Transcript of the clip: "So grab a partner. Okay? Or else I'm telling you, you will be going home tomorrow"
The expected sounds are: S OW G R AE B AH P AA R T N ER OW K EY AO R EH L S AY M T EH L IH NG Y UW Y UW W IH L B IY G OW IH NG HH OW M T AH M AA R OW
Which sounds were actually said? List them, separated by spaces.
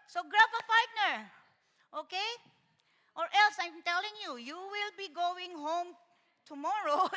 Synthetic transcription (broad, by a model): S OW G R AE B AH F AA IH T N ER OW K EY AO R EH L S AY M T EH L IH NG Y UW Y UW W IH L B IY G OW IH NG HH OW M T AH M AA R OW